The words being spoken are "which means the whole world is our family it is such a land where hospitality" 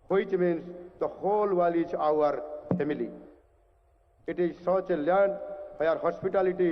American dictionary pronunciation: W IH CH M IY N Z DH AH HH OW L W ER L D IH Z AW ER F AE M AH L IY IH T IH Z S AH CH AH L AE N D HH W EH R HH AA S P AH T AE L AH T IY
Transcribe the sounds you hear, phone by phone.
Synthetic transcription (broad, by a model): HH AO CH M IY N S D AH HH OW L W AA L IH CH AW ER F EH M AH L IY IH T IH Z S AH CH AH L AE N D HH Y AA R HH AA S P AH T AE L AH T IY